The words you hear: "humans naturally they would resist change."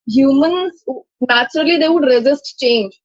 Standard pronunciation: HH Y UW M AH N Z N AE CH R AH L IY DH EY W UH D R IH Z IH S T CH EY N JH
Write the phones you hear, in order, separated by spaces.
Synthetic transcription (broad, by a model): HH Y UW M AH N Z N AE CH R AH L IY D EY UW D R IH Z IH S T CH EY N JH